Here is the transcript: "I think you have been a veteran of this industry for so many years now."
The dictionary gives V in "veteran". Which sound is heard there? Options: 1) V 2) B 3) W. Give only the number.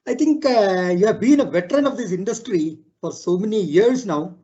1